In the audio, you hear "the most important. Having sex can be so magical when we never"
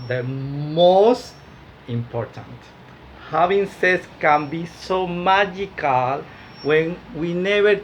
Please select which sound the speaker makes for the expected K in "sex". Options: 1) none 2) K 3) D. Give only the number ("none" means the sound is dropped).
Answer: 1